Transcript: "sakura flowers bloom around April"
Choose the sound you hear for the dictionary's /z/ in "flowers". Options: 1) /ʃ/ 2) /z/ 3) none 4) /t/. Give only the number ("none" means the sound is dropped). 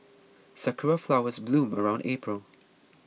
2